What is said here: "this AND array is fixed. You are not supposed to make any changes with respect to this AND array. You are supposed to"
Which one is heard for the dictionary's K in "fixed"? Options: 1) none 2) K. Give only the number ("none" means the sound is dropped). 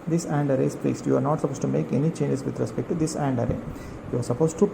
1